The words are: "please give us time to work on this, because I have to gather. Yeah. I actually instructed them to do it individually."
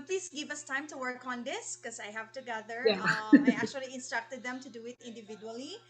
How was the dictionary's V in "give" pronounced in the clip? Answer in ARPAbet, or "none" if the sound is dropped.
V